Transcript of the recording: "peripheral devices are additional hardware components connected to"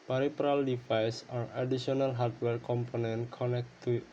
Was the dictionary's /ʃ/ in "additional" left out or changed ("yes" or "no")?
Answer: yes